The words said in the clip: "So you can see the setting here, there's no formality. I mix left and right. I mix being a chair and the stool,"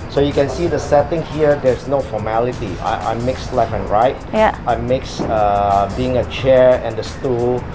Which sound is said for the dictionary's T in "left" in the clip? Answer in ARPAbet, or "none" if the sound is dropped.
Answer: none